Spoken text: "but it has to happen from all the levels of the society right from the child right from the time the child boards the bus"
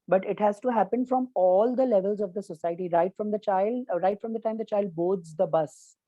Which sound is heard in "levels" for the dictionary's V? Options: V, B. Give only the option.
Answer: V